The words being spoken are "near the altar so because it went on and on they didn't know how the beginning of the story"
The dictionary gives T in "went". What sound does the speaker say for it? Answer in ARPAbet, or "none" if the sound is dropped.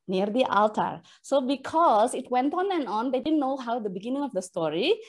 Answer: T